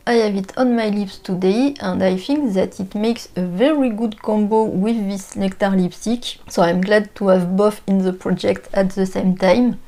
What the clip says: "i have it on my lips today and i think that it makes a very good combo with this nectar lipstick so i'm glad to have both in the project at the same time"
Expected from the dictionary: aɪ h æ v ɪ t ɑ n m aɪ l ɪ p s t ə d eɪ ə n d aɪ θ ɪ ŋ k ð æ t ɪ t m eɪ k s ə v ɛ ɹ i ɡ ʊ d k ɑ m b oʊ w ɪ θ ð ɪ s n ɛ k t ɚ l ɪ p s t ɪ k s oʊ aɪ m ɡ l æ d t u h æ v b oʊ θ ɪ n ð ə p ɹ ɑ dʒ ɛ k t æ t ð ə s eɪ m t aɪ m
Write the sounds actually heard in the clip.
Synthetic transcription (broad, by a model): aɪ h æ v ɪ t ɑ n m aɪ l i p s t ə d eɪ ə n d aɪ θ ɪ ŋ k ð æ t ɪ t m eɪ k s ə v ɛ ɹ i ɡ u d k ɑ m b oʊ w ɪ ð ɪ s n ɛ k t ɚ l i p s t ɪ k s oʊ aɪ m ɡ l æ d t u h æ v b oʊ f ɪ n ð ə p ɹ ɑ dʒ ɛ k t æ t ð ə s eɪ m t aɪ m